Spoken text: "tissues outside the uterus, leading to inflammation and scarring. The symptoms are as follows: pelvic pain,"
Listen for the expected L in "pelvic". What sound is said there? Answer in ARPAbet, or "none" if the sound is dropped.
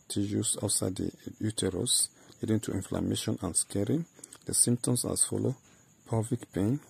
none